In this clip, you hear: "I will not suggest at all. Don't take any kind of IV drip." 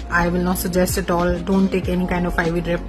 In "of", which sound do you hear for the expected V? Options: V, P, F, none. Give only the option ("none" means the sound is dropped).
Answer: F